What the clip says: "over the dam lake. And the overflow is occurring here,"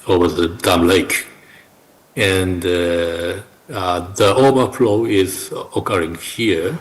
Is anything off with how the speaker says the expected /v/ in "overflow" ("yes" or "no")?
yes